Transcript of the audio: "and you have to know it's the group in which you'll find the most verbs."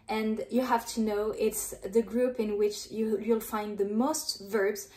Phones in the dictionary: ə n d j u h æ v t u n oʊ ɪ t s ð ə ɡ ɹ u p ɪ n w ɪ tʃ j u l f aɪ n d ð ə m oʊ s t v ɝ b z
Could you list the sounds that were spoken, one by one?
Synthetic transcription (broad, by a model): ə n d j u h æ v t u n oʊ ɪ t s ð ə ɡ ɹ u p ɪ n w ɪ tʃ j u l f aɪ n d ð ə m oʊ s t v ɝ b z